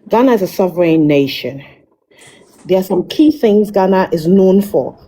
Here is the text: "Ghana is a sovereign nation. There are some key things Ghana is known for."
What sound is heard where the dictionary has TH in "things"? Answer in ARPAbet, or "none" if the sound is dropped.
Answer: TH